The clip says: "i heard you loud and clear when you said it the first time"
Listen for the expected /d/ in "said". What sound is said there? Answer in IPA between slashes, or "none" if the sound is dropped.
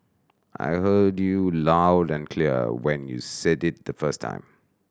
/d/